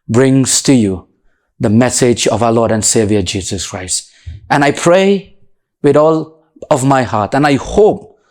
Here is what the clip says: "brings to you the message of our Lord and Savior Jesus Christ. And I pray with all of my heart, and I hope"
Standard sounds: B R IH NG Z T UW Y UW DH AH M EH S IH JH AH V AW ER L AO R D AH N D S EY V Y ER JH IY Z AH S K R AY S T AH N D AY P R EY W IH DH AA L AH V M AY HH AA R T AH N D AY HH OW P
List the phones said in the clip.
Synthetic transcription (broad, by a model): B R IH NG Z T UW Y UW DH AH M EH S IH JH AH V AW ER L AO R D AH N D S EY V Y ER JH IY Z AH S K R AY S T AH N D AY P R EY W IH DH AA L AH V M AY HH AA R T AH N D AY HH OW P